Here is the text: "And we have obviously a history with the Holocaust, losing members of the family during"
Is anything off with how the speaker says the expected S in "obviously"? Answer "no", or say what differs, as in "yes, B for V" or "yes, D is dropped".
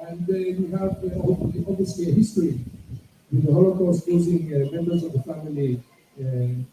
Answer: no